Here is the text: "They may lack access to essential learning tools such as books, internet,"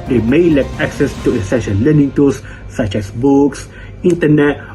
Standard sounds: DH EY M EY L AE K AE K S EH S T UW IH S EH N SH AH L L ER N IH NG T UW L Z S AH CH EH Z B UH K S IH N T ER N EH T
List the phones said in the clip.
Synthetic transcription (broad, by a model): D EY M EY L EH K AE K S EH S T UW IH S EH SH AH N L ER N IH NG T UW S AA CH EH S B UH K S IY N T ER N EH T